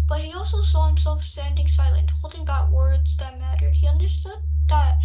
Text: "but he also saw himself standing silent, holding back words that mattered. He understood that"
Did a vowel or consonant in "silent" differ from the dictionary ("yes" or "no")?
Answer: no